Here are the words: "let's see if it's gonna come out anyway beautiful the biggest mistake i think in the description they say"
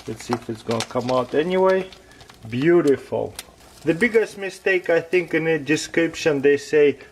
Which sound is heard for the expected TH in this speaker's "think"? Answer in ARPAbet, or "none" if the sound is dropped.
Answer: TH